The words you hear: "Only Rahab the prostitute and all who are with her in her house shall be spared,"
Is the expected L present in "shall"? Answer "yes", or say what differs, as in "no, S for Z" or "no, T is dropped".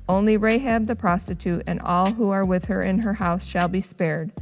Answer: yes